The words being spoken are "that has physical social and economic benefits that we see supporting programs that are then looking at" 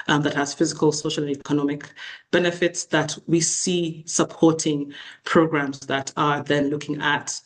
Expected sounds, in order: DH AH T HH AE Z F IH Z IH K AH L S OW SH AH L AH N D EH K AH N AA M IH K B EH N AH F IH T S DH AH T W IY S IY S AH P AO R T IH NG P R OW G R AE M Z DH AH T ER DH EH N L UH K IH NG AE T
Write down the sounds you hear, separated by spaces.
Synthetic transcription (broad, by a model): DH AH T HH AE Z F IH Z IH K AH L S OW SH AH L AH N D EH K AH N AA M IH K B EH N AH F IH T S DH AH T W IY S IY S AH P AO R T IH NG P R OW G R AE M Z DH AH T ER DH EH N L UH K IH NG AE T